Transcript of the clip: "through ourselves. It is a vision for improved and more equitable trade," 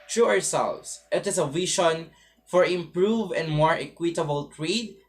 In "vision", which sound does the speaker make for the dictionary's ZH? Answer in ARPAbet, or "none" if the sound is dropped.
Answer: SH